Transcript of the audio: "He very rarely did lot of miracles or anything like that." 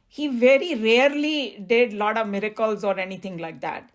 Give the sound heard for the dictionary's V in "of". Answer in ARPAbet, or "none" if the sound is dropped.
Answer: V